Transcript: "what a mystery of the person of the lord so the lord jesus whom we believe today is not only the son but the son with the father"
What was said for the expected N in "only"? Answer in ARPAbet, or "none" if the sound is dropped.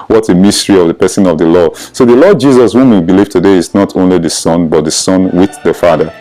N